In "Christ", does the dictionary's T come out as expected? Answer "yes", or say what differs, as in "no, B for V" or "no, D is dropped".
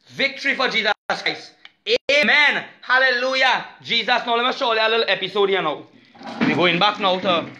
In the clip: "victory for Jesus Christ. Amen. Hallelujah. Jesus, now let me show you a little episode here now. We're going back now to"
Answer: no, T is dropped